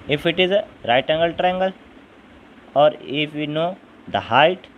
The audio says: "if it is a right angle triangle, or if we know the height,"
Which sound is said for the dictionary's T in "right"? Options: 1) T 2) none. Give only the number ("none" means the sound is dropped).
1